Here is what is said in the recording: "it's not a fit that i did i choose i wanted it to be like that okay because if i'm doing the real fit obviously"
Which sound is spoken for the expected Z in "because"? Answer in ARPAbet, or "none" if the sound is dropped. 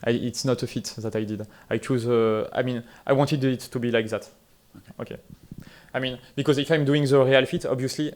Z